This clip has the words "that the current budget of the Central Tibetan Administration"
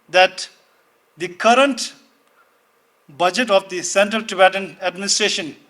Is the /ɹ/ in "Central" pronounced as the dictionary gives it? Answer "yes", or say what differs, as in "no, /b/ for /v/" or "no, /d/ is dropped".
yes